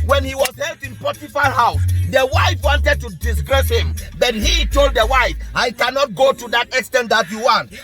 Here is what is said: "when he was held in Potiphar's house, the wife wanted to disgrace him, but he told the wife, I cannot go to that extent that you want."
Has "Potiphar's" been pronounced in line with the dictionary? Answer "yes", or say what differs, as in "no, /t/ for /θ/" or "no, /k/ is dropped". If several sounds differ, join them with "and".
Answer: no, /z/ is dropped